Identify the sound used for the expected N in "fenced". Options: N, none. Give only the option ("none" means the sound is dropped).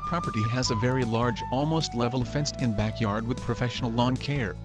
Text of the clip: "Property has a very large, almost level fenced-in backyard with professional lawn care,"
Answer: N